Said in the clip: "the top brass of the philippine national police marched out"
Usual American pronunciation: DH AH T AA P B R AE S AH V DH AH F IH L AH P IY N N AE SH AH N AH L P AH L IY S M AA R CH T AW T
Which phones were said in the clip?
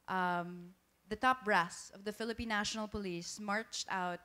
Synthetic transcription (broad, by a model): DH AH T AA P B R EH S AH V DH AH F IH L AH P IY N N AE SH AH N AH L P AH L IY S M AA R CH T AW T